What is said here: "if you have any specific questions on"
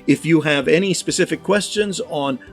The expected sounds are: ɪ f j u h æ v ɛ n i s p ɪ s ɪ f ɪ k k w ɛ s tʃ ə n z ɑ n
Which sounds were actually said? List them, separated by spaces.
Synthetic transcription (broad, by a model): ɪ f j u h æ v ɛ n i s p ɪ s ɪ f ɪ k k w ɛ s tʃ ə n z n